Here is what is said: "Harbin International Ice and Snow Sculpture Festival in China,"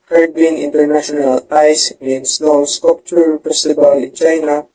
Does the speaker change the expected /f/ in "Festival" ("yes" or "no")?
yes